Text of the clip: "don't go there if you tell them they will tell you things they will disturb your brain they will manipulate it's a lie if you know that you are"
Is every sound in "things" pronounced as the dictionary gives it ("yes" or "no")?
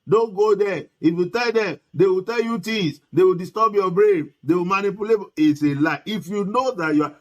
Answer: no